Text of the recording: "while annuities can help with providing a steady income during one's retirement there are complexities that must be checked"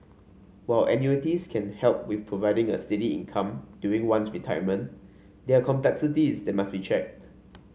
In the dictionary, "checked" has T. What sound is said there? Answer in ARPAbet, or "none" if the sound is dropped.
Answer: T